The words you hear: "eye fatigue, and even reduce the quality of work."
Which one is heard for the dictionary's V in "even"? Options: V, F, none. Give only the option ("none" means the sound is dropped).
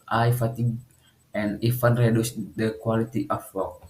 F